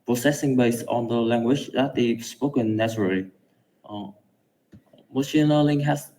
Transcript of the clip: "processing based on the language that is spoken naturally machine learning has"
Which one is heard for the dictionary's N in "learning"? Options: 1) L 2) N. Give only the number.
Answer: 1